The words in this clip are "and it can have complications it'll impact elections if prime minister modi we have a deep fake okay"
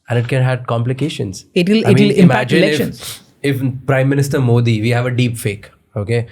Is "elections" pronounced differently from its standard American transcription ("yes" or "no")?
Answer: yes